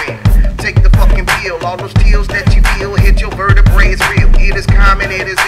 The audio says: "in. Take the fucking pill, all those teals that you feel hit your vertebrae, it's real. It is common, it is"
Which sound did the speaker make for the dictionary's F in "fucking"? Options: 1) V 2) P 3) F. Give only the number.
2